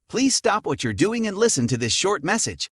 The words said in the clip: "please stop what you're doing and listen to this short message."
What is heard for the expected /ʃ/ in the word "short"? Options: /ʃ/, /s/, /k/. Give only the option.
/ʃ/